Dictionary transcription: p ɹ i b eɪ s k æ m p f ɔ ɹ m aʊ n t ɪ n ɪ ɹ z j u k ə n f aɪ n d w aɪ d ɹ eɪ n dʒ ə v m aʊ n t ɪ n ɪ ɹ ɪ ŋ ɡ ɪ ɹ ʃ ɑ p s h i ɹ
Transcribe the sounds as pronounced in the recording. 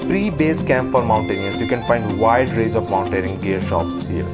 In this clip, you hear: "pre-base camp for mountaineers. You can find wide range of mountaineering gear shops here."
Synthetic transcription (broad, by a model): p ɹ i b eɪ s k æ m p f ɔ ɹ m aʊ n t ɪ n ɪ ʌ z j u k ə n f aɪ n d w aɪ d ɹ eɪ dʒ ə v m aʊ n t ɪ ɹ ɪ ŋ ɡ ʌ ɹ ʃ ɑ p s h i ɹ